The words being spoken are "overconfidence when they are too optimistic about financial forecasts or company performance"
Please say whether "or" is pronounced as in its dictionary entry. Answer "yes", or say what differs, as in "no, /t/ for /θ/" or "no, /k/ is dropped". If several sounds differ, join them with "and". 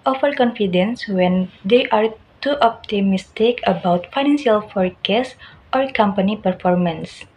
yes